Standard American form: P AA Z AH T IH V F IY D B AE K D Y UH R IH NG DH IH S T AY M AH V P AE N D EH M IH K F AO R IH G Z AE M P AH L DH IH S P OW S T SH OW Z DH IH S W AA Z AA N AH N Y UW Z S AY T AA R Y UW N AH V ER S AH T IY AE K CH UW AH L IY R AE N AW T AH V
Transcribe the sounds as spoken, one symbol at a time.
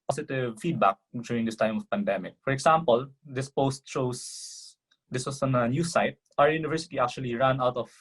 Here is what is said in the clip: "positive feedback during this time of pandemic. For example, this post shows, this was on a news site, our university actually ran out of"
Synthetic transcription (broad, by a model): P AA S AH T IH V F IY D B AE K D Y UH R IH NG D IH S T AY M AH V P AE N D EH M IH K F AO R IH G S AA M P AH L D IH S P OW S T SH OW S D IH S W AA S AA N AH N Y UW S AY T AA R Y UW N AH V ER S AH T IY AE K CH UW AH L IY R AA N AW T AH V